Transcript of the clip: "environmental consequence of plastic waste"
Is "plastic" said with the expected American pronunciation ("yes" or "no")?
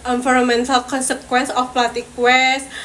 no